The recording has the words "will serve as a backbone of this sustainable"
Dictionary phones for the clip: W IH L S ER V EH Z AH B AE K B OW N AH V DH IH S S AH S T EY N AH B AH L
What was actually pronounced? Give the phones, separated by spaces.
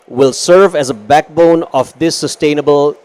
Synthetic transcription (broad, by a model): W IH L S ER V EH Z AH B AE K B OW N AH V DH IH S S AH S T EY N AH B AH L